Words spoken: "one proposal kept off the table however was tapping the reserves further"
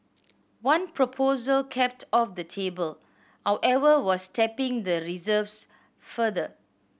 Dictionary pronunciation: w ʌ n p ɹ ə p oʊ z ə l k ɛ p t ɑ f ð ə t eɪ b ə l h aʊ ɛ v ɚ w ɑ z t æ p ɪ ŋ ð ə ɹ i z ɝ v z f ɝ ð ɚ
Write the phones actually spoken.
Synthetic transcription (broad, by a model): w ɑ n p ɹ ə p oʊ z ə l k ɛ p t ɑ f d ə t eɪ b ə l h aʊ ɛ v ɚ w ɑ s t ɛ p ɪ ŋ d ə ɹ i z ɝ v s f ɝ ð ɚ